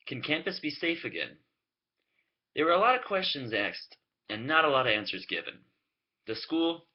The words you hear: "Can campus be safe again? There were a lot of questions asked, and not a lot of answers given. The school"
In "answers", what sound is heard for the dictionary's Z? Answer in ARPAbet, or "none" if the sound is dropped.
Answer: Z